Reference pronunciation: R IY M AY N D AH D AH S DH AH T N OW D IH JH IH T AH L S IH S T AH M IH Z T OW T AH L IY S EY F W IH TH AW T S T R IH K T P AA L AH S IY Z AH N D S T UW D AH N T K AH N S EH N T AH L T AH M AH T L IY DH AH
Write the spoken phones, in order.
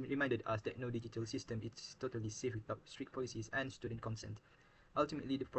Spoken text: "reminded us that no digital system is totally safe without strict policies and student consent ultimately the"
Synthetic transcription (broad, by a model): R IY M AY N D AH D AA S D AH T N OW D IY JH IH T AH L S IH S T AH M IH S T OW T AH L IY S EY F W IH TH AW T S T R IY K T P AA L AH S IY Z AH N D S T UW D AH N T K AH N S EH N T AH L T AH M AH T L IY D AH